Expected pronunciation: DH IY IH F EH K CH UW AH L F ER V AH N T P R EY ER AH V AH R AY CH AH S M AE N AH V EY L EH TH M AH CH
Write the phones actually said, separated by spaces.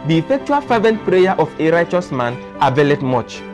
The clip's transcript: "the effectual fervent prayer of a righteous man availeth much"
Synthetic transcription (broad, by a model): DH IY IH F EH K CH UW AH L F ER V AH N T P R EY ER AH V AH R AY CH AH S M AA N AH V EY L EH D M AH CH